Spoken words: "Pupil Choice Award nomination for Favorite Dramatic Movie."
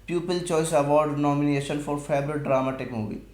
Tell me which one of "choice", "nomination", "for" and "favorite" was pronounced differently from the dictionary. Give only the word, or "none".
favorite